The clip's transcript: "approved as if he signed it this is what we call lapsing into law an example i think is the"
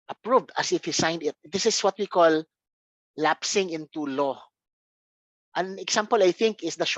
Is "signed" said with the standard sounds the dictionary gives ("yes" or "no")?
yes